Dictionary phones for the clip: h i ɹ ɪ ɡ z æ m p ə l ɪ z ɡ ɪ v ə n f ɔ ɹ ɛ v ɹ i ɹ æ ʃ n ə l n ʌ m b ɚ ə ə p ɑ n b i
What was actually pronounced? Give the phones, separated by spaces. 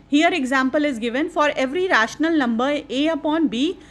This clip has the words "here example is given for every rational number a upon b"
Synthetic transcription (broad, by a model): h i ɹ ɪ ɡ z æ m p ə l ɪ z ɡ ɪ v ə n f ɔ ɹ ɛ v ɹ i ɹ æ ʃ n ə l n ʌ m b ɚ ə ə p ɑ n b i